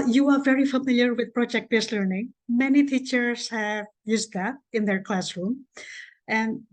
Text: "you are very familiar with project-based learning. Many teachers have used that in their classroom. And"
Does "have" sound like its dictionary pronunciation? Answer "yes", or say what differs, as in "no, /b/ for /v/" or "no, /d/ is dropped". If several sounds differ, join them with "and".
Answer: yes